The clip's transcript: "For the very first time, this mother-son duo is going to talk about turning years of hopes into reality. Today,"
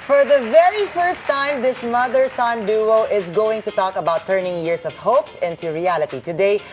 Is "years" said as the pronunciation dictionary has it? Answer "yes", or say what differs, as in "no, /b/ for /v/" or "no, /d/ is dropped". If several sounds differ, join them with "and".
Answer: no, /s/ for /z/